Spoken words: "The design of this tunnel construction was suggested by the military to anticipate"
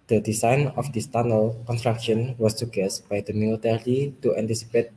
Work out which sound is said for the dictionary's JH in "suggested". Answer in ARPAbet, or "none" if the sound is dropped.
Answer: none